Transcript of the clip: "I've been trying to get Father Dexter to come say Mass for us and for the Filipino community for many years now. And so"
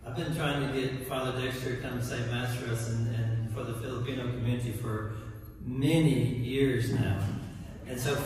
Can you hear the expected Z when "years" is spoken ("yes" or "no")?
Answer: yes